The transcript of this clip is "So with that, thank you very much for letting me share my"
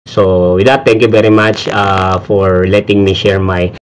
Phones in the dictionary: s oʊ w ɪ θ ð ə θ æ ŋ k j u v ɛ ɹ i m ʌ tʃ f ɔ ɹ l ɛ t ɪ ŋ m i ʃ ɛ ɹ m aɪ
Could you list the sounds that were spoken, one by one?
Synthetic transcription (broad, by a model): s oʊ w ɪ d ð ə t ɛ ŋ k j u v ɛ ɹ i m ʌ tʃ f ɔ ɹ l ɛ t ɪ ŋ m i ʃ ɛ ɹ m aɪ